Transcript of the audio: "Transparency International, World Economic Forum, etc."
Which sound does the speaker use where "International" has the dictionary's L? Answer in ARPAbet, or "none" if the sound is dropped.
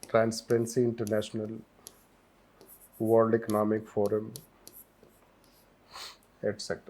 L